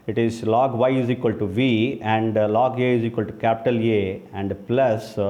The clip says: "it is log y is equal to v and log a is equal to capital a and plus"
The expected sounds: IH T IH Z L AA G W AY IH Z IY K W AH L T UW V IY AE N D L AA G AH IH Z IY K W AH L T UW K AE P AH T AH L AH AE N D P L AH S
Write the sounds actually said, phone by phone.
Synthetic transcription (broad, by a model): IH T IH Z L AA G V AY IH Z IY K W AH L T UW V IY AE N D L AA G AH IH Z IY K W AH L T UW K AE P AH T AH L AH AE N D P L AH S